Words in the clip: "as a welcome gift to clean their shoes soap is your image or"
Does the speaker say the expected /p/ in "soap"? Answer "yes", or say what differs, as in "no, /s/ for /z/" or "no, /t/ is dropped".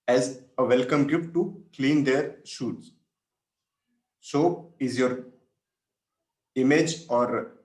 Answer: no, /p/ is dropped